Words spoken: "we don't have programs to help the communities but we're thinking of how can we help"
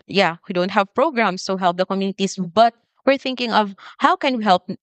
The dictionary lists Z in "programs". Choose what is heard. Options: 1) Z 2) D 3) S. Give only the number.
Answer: 3